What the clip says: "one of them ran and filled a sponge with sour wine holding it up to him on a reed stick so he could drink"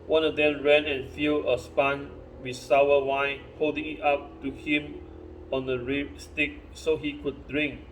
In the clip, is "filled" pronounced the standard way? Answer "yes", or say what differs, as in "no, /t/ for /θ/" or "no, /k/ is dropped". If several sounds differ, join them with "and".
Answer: no, /d/ is dropped